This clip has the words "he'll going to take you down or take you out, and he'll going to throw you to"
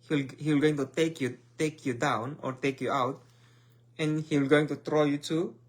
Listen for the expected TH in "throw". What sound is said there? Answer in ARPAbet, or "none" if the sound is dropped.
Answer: T